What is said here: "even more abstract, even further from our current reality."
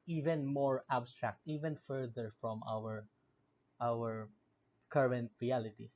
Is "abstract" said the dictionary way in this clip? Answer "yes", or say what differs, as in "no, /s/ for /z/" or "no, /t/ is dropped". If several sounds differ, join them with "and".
yes